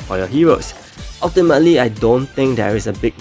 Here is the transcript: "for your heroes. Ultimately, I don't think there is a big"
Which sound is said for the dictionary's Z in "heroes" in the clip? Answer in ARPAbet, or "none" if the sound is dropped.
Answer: S